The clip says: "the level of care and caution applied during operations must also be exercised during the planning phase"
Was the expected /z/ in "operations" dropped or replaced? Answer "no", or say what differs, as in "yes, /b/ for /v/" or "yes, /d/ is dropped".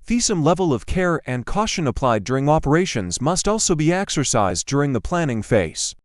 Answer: no